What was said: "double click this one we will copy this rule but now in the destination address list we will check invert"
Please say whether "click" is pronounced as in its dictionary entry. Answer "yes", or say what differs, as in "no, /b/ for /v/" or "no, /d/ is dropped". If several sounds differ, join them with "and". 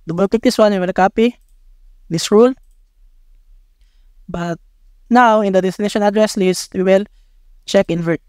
no, /l/ is dropped